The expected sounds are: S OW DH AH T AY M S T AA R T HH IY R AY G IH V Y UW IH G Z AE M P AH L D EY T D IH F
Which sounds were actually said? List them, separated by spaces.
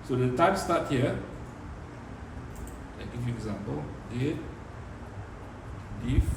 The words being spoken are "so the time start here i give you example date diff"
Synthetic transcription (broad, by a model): S OW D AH T AY M S T AA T HH IY L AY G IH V Y UW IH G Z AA M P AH L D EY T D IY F